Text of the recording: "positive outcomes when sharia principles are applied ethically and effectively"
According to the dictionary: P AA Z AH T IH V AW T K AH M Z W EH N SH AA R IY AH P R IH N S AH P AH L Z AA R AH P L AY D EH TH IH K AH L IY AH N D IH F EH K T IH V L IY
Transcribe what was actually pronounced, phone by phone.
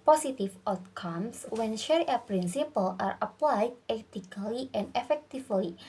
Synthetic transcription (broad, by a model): P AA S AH T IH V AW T K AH M S W EH N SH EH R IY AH P R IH N S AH P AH L AA R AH P L AY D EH T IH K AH L IY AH N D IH F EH K T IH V L IY